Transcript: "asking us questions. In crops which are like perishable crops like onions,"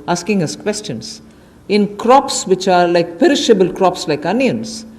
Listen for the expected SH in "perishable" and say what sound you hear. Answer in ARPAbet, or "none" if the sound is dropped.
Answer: SH